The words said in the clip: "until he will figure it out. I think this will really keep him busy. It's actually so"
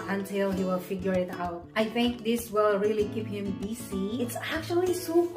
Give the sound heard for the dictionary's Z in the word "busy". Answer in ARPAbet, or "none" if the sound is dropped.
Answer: S